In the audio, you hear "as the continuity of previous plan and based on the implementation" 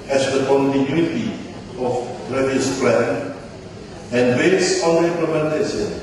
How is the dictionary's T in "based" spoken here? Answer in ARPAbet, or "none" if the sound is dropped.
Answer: none